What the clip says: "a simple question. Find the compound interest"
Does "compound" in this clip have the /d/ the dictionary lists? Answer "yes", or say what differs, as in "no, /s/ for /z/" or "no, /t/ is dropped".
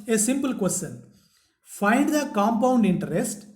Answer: yes